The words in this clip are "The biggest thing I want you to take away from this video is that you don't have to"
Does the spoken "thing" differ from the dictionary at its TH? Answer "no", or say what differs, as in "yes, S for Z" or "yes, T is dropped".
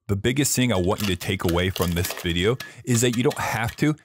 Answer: no